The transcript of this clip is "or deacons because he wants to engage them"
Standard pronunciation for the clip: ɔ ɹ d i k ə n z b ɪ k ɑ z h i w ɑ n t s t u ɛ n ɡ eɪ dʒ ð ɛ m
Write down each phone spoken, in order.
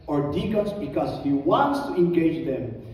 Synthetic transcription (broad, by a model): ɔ ɹ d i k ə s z b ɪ k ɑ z h i w ɑ n t s t u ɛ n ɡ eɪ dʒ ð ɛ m